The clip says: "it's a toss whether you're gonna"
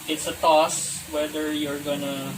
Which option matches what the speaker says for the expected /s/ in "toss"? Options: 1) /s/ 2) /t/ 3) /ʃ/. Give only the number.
1